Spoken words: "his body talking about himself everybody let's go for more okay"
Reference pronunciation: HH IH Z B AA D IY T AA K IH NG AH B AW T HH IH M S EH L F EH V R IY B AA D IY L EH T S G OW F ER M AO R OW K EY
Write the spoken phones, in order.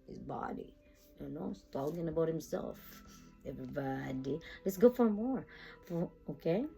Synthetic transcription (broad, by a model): HH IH Z B AA D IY T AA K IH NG AH B AW T HH IH M S EH L F EH V R IY B AA D IY L EH T S G OW F ER M AO R OW K EY